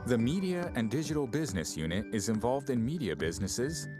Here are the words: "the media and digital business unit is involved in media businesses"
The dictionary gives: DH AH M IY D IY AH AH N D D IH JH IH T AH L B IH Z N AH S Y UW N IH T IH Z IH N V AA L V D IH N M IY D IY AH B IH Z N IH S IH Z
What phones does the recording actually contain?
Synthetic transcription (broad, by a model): DH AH M IY D IY AH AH N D D IH JH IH T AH L B IH Z N AH S Y UW N IH T IH Z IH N V AA L V D IH N M IY D IY AH B IH Z N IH S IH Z